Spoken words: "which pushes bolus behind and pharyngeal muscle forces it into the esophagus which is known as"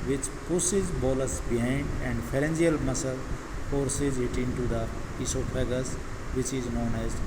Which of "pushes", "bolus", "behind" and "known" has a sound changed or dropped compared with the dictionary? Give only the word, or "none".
pushes